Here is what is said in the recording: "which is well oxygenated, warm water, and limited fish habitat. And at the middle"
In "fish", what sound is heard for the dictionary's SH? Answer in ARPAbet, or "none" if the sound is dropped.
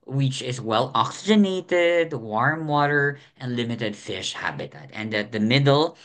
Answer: SH